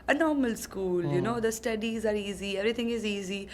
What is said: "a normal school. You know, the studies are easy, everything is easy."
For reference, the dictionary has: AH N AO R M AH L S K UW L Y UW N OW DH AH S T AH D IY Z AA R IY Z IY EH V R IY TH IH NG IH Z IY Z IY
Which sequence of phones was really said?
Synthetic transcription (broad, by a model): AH N AO R M AH L S K UW L Y UW N OW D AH S T AH D IY Z AA R IY Z IY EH V R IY T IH NG IH Z IY Z IY